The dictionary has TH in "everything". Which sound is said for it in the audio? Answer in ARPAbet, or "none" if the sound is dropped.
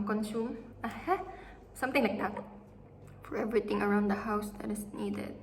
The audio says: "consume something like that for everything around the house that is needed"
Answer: T